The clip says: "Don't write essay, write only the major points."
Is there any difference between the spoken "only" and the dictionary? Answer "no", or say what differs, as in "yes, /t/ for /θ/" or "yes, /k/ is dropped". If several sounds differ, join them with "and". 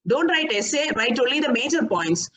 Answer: yes, /n/ is dropped